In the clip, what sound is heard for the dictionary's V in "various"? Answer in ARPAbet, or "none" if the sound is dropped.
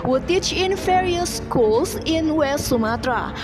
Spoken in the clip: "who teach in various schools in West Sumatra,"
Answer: F